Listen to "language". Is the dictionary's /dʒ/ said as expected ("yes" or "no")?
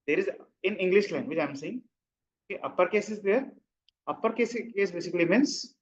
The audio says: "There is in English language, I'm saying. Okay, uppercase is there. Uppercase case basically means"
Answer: no